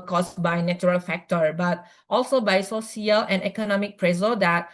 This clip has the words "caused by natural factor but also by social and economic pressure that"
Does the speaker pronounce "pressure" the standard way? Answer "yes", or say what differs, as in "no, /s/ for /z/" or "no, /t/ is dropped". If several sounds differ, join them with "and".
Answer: no, /s/ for /ʃ/